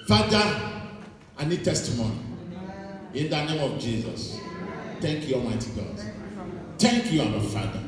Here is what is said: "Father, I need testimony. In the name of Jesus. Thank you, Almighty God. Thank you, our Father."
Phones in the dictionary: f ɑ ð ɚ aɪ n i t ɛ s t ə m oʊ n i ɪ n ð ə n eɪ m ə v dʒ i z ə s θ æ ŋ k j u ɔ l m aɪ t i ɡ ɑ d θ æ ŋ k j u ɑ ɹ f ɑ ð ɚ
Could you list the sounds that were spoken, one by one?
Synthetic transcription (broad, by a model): f ɑ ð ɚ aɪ n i t ɛ s t ə m oʊ n i ɪ n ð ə n eɪ m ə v dʒ i z ə s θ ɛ ŋ k j u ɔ m aɪ t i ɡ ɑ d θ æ ŋ k j u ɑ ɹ f ɑ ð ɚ